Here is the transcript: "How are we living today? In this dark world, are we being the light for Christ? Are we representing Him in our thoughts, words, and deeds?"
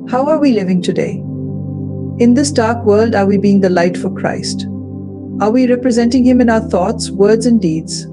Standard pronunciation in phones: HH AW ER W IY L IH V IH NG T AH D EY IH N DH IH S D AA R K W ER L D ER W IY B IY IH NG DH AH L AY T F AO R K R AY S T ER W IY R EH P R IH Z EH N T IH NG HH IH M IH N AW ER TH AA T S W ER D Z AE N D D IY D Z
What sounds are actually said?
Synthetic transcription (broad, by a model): HH AW ER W IY L IH V IH NG T AH D EY IH N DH IH S D AA R K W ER L D ER W IY B IY IH NG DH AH L AY T F AO R K R AY S T ER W IY R EH P R IH Z EH N T IH NG HH IH M IH N AW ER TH AA T S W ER D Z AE N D D IY D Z